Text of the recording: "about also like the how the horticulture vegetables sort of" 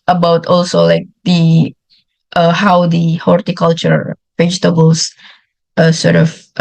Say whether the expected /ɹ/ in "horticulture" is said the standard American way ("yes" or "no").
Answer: yes